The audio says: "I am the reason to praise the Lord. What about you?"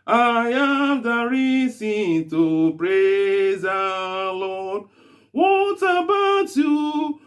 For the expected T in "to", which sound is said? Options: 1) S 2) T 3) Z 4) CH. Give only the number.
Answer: 2